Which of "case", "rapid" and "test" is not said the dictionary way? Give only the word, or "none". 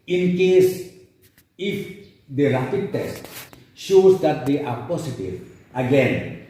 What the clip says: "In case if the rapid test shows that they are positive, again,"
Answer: rapid